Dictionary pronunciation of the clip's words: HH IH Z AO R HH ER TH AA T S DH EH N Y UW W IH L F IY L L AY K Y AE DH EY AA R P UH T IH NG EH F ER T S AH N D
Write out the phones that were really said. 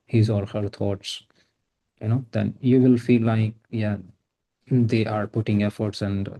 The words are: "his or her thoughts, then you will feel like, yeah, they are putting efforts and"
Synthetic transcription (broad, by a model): HH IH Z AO L HH ER T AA T S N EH N Y UW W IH L F IY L L AY K Y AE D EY AA R P UH T IH NG EH F ER T S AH N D